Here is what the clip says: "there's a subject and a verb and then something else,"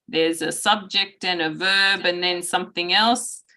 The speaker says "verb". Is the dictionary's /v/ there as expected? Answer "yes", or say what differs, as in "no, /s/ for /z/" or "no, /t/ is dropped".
yes